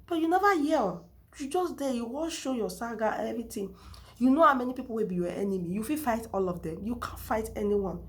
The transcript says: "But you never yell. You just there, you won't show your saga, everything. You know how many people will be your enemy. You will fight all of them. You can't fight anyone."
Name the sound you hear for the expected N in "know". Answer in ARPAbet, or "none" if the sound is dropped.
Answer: N